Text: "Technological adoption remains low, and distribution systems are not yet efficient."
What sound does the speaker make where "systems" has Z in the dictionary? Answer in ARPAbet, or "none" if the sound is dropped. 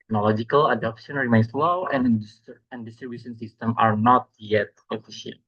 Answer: none